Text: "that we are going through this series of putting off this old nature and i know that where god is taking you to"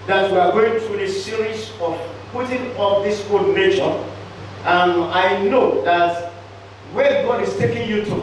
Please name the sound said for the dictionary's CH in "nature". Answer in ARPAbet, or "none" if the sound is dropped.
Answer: SH